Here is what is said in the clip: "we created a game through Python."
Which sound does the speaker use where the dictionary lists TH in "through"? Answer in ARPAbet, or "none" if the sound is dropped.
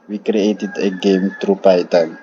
T